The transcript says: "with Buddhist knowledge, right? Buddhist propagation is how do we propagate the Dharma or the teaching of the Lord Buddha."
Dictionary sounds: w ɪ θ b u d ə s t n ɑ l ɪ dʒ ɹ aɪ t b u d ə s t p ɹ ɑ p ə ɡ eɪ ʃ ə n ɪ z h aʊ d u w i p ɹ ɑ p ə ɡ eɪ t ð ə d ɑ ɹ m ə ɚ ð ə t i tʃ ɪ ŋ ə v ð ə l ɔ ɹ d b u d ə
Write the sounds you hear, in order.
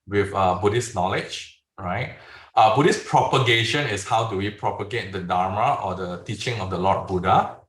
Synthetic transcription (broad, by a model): w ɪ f b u d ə s n ɑ l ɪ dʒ ɹ aɪ t b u d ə s p ɹ ɑ p ə ɡ eɪ ʃ ə n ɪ s h aʊ d u w i p ɹ ɑ p ə ɡ eɪ t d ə d ɑ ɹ m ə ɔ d ə t i tʃ ɪ ŋ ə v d ə l ɔ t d b u d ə